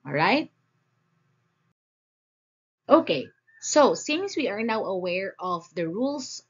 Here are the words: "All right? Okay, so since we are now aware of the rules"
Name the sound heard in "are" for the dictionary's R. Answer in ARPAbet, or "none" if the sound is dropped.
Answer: R